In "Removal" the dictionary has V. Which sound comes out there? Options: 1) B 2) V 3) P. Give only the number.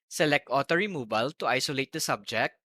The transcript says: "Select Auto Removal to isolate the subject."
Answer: 1